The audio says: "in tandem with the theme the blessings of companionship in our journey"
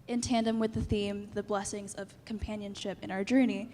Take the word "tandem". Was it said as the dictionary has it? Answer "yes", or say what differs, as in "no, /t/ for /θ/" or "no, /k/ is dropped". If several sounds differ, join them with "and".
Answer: yes